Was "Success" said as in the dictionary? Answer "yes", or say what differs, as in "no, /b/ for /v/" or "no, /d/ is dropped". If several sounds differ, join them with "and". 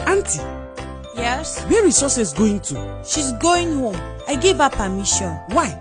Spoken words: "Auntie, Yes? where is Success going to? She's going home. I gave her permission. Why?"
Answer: no, /k/ is dropped